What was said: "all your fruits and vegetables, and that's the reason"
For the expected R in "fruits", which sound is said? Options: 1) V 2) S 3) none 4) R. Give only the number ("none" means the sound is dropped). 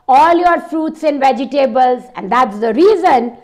4